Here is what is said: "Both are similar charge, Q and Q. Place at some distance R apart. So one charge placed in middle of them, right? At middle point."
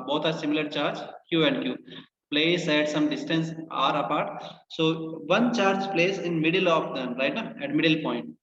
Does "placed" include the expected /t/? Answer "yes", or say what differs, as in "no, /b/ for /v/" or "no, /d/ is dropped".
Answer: no, /t/ is dropped